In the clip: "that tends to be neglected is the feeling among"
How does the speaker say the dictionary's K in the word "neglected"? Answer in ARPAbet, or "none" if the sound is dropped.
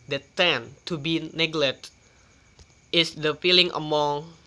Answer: none